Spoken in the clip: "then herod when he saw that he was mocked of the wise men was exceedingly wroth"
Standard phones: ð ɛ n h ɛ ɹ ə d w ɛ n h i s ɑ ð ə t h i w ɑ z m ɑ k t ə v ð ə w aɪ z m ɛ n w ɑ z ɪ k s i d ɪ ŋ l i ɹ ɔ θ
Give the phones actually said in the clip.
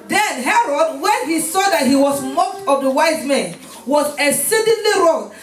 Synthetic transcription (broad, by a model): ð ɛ n h ɛ ɹ ə d w ɛ n h i s ɑ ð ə t h i w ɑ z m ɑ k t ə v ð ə w aɪ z m ɛ n w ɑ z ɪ s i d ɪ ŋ l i ɹ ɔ